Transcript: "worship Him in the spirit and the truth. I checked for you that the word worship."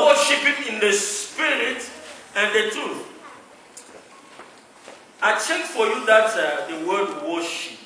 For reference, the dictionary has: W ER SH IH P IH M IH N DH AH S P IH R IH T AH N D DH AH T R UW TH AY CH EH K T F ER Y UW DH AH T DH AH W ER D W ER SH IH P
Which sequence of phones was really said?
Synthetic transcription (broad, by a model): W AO SH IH P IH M IH N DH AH S P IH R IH T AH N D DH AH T UW AY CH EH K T F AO Y UW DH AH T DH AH W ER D W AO SH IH P